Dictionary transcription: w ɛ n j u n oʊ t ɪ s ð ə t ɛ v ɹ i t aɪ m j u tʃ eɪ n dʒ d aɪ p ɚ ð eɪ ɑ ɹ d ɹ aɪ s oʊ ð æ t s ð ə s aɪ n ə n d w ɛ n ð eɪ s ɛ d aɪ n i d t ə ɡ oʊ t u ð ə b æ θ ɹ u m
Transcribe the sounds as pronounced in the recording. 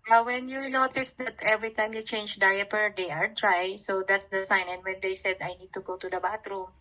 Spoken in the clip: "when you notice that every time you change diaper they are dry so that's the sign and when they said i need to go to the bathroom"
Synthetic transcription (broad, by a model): w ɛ n j u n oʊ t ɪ s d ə t ɛ v ɹ i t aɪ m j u tʃ eɪ n dʒ d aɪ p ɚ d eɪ ɑ ɹ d ɹ aɪ s oʊ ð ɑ t s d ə s aɪ n ə n d w ɛ n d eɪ s ɛ d aɪ n i d t ə ɡ oʊ t u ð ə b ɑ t ɹ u m